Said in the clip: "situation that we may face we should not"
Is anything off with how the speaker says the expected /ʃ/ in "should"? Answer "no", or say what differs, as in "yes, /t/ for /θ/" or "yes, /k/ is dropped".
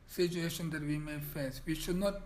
no